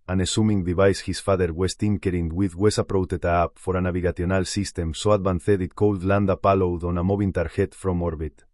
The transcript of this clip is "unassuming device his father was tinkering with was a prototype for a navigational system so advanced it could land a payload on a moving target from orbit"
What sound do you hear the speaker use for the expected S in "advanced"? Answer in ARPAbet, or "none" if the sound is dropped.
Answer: TH